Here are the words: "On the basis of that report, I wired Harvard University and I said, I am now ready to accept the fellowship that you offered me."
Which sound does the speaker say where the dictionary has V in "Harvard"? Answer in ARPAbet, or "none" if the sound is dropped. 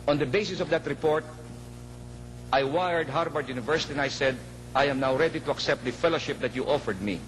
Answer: B